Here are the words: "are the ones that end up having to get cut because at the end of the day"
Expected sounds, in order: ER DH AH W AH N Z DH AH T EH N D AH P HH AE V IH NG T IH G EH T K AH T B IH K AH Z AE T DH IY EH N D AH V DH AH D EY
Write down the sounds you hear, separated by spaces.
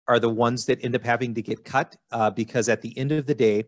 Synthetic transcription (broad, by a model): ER DH AH W AH N Z DH AH T EH N D AH P HH AE V IH NG T IH G EH T K AH T B IH K AH Z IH T DH IY EH N D AH V DH AH D EY